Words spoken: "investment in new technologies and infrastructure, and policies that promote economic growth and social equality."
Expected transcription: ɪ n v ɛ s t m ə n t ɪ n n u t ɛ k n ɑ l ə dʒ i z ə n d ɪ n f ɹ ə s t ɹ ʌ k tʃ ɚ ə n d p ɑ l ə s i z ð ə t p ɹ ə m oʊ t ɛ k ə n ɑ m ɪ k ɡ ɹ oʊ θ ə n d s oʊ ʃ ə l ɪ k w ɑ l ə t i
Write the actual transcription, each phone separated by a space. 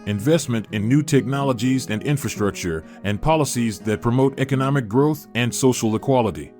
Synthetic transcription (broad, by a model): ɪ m v ɛ s t m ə n t ɪ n n u t ɛ k n ɑ l ə dʒ i z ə n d ɪ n f ɹ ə s t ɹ ʌ k tʃ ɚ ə n p ɑ l ə s i z ð ə t p ɹ ə m oʊ t ɛ k ə n ɑ m ɪ k ɡ ɹ oʊ θ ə n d s oʊ ʃ l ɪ k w ɑ l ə t i